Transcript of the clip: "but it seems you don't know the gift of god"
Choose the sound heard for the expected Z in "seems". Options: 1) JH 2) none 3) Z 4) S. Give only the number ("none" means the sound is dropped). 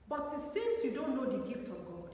4